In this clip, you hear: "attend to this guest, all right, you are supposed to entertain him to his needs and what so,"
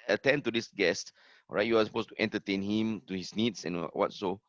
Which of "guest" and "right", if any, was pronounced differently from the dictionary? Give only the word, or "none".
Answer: none